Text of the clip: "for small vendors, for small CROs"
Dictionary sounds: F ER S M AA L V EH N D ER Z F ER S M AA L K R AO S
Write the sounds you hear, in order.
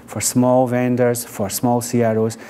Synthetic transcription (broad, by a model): F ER S M AA L V EH N D ER Z F ER S M AA L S R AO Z